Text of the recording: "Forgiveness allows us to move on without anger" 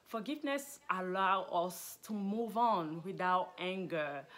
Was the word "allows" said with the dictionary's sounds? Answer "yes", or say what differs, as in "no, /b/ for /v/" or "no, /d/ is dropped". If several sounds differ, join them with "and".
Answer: no, /z/ is dropped